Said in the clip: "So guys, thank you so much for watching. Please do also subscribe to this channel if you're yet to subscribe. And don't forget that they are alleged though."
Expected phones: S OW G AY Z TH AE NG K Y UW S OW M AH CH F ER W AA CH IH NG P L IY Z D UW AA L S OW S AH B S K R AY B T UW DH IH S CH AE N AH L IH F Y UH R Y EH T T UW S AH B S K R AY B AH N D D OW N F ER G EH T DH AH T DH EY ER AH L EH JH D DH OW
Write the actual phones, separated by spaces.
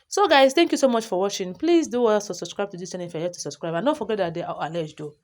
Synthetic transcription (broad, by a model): S OW G AY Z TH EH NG K Y UW S OW M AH CH F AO W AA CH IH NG P L IY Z D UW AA S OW S AH B S K R AY B T UW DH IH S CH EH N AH IH F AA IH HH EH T T UW S AH B S K R AY B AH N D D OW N F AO G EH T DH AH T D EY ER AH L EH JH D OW